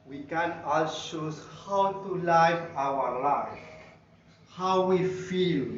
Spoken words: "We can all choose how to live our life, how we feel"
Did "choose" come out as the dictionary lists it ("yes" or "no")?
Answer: no